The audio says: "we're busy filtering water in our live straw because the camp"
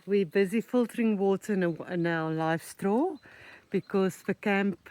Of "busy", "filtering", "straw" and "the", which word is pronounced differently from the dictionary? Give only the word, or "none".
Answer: none